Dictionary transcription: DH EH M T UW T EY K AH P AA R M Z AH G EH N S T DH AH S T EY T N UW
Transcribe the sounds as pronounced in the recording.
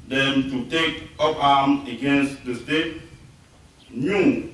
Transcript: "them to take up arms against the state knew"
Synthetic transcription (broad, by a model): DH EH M T UW T EY K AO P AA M AH G EH N S T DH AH S T EY T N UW